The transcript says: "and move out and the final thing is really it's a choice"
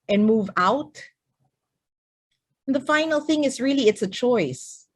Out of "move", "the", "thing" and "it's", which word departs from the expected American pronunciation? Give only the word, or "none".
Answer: none